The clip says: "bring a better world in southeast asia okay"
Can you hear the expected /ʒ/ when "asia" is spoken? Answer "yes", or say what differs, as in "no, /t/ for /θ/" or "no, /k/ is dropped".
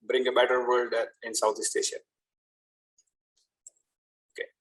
no, /ʃ/ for /ʒ/